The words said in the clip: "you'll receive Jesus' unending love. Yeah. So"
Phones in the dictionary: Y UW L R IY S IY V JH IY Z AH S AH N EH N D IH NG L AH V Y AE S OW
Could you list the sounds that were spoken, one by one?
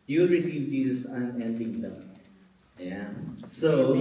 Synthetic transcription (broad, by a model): Y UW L R IY S IY V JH IY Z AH S AH N EH N D IH NG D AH P Y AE S OW